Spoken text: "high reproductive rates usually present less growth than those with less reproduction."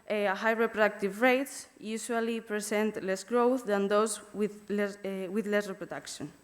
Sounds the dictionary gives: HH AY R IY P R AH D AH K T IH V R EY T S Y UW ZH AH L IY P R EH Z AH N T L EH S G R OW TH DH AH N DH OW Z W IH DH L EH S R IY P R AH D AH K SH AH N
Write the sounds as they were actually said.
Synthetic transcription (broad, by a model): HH AY R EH P R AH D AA K T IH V R EY T S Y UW S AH L IY P R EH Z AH N T L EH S G R OW TH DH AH N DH OW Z W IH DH L EH S R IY P R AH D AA K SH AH N